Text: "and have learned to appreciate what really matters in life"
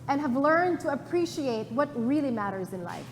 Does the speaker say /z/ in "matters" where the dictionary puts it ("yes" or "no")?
yes